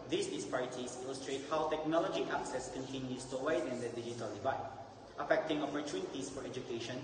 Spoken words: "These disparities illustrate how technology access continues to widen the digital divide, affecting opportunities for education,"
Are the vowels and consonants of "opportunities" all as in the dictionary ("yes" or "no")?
no